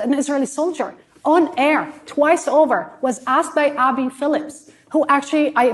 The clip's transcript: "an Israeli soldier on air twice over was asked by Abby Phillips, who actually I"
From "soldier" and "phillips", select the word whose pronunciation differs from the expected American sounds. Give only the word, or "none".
none